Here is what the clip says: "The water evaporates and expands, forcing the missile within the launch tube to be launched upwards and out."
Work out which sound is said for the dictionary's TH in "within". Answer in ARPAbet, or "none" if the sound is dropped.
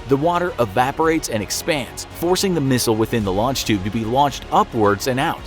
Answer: TH